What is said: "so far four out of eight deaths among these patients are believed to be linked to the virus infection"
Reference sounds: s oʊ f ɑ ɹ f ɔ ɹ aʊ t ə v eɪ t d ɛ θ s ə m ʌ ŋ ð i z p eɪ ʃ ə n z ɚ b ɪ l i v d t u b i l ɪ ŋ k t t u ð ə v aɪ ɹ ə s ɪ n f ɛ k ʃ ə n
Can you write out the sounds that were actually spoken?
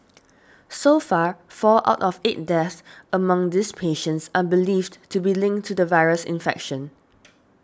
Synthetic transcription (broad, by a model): s oʊ f ɑ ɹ f ɔ l aʊ t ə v eɪ t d ɛ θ ə m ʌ ŋ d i s p eɪ ʃ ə n s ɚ b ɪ l i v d t u b i l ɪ ŋ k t t u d ə v aɪ ɹ ə s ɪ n f ɛ k ʃ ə n